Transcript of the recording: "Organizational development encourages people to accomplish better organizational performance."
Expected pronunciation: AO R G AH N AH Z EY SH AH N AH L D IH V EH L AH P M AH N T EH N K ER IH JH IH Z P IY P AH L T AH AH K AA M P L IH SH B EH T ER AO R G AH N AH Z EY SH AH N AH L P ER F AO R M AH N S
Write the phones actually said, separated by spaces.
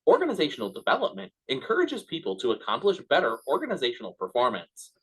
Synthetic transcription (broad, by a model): AO R G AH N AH Z EY SH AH N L D IH V EH L AH P M AH N T EH N K ER IH JH IH Z P IY P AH L T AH AH K AA M P L IH SH B EH T ER AO R G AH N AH Z EY SH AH N L P ER F AO R M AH N S